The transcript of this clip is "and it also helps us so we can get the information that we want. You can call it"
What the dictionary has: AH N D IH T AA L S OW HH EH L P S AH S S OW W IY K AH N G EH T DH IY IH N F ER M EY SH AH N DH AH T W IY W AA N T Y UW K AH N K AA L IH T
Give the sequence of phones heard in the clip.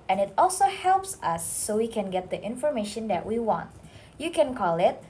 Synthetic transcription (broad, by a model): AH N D IH T AA L S OW HH EH L P S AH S S OW W IY K AH N G EH T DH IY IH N F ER M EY SH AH N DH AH T W IY W AA N T Y UW K AH N K AA L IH T